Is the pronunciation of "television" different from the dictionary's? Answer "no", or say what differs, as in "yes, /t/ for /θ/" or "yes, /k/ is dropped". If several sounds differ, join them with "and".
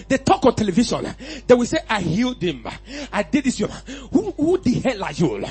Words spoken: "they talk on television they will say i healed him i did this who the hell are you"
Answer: yes, /ʃ/ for /ʒ/